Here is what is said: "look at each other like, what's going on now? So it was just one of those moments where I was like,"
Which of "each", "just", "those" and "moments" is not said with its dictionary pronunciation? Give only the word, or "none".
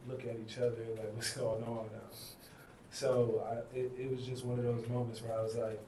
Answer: none